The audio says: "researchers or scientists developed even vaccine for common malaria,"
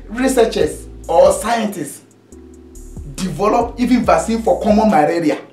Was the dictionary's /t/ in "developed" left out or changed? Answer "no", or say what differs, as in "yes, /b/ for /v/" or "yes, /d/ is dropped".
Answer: yes, /t/ is dropped